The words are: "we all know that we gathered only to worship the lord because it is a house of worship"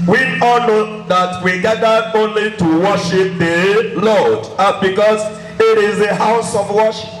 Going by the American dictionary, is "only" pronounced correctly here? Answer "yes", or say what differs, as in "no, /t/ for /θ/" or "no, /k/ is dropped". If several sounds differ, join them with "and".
yes